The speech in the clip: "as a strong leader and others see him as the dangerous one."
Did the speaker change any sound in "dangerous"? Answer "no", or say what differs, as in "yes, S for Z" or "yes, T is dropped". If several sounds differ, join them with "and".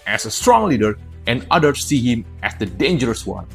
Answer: no